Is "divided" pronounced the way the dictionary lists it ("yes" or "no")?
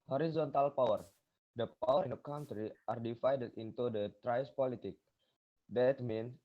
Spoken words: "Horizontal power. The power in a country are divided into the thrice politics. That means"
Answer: no